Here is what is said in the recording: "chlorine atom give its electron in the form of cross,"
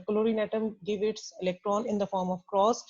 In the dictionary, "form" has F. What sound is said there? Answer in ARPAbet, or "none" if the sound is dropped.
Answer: F